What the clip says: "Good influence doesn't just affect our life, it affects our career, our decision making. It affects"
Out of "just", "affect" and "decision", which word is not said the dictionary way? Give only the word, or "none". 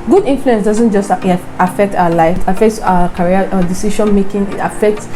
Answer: decision